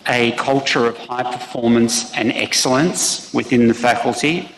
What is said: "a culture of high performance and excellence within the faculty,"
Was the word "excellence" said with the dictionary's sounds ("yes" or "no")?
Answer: yes